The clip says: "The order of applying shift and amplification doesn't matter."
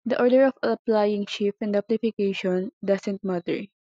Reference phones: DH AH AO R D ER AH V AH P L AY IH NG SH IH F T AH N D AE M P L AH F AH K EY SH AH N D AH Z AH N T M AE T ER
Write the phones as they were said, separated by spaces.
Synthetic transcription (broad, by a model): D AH AO R D ER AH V AH P L AY IH NG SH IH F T AH N D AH P L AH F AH K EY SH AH N D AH S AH N T M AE T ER